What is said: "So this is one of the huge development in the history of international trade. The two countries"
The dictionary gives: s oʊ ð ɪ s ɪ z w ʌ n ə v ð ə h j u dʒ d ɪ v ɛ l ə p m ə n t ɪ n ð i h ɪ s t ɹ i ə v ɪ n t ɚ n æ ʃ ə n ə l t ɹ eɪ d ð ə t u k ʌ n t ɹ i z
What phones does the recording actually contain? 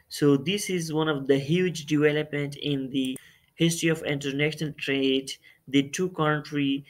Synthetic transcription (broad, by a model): s oʊ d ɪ s ɪ z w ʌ n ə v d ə h j u dʒ d ɪ v ɛ l ə p m ə n t ɪ n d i h ɪ s t ɹ i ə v ɪ n t ɚ n æ ʃ ə n ə l t ɹ eɪ d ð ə t u k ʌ n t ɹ i